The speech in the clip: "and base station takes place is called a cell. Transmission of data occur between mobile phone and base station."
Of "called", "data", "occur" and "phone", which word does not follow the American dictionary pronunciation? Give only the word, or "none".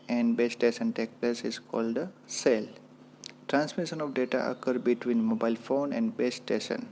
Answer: none